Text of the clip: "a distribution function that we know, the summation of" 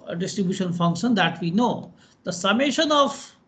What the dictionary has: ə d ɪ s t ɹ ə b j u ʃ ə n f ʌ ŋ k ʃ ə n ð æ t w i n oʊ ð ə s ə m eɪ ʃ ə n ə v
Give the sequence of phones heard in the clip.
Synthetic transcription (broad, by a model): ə d ɪ s t ɹ ə b j u ʃ ə n f ʌ ŋ k ʃ ə n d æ t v i n oʊ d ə s ə m eɪ ʃ ə n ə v